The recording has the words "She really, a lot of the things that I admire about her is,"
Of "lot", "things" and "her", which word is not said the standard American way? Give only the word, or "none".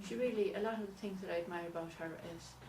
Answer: none